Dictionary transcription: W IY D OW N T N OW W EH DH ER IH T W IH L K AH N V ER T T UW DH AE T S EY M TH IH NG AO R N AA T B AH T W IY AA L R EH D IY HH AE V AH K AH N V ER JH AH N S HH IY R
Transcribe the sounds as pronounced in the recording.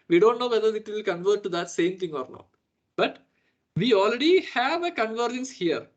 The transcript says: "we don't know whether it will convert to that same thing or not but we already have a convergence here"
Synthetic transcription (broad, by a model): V IY D OW N T N OW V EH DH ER IH T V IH L K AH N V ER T T UW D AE T S EY M T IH NG AO R N AA T B AH T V IY AA L R EH D IY HH AE V AH K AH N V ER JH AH N S HH IY R